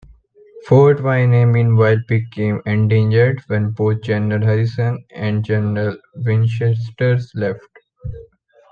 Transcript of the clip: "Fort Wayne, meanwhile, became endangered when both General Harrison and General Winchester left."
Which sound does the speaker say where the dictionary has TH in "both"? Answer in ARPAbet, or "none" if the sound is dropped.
T